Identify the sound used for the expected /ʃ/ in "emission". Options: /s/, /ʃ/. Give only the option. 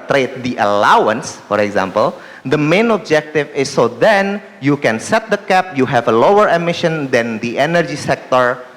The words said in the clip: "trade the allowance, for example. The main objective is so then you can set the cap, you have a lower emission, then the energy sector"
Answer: /ʃ/